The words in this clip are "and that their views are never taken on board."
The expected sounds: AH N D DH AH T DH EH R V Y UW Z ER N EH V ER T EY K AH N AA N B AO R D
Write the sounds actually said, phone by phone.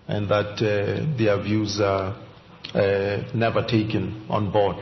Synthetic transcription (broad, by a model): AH N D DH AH T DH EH V Y UW Z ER N EH V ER T EY K AH N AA N B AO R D